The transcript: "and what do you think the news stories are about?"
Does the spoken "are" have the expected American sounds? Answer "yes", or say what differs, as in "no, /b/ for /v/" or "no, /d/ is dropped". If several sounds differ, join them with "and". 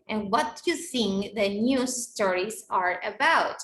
yes